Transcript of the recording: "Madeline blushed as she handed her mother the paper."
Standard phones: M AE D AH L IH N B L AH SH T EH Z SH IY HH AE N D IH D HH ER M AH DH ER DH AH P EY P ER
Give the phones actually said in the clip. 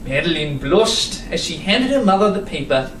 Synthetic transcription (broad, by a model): M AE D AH L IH N B L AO S T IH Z SH IY HH AE N D IH D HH ER M AH DH ER DH AH P EY P ER